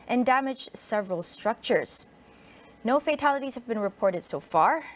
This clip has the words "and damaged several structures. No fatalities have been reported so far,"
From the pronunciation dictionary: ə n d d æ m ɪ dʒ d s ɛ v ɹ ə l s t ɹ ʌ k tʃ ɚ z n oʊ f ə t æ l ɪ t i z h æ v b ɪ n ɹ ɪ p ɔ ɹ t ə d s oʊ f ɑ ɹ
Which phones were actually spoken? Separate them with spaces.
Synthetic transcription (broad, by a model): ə n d d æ m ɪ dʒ s ɛ v ɹ ə l s t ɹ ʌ k tʃ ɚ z n oʊ f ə t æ l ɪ t i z h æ v b ɪ n ɹ ɪ p ɔ ɹ t ə d s oʊ f ɑ ɹ